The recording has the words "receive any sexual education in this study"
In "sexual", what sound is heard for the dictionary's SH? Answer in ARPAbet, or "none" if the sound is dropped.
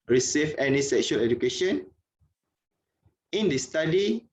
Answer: SH